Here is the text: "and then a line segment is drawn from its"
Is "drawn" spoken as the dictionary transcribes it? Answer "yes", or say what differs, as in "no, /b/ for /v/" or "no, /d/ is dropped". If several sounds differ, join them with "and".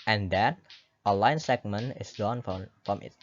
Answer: no, /ɹ/ is dropped